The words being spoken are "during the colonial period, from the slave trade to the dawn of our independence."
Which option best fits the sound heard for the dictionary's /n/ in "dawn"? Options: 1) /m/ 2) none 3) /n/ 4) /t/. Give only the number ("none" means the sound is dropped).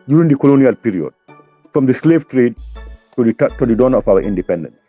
3